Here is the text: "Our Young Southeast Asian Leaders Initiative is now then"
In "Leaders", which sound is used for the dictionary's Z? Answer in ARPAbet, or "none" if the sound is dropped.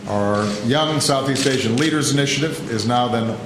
Z